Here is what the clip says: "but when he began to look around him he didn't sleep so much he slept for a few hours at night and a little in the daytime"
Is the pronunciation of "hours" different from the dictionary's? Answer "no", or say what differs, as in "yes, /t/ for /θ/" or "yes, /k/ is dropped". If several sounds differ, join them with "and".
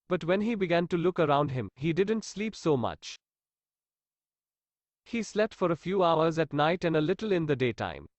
no